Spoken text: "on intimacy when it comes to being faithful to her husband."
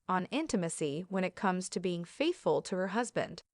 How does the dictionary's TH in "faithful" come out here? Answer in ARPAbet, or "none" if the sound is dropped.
TH